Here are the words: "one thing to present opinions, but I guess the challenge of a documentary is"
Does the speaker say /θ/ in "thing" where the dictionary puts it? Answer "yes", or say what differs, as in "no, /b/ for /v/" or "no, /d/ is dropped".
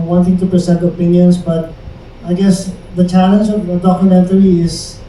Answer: no, /t/ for /θ/